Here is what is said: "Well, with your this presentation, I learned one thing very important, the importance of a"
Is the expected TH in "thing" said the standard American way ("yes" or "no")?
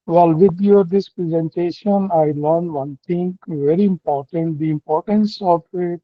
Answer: no